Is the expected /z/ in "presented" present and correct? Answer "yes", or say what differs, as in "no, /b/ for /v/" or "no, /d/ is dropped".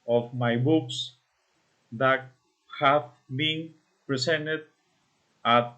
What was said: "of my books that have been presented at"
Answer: no, /s/ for /z/